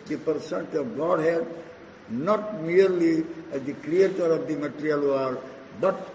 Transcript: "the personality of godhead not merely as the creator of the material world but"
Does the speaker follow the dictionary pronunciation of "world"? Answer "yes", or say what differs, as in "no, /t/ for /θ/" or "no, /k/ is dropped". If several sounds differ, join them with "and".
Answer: no, /l/ is dropped